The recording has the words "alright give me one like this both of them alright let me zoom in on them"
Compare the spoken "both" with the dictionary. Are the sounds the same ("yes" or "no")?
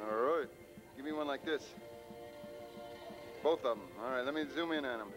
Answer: yes